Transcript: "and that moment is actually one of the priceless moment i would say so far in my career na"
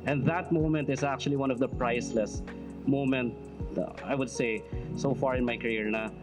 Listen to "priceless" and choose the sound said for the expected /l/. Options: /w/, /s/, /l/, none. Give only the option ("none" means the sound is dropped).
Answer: /l/